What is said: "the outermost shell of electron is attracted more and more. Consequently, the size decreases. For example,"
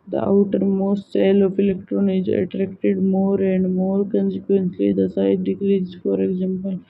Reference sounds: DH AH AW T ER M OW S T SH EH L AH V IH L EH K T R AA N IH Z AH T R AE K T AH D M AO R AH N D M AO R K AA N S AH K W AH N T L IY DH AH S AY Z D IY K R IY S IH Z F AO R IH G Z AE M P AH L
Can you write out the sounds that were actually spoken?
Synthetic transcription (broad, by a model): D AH AW T ER M OW S T S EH L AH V IH L EH K T R AA N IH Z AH T R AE K T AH D M AO R AH N D M AO R K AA N S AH K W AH N S L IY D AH S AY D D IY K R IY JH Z F AO R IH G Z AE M P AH L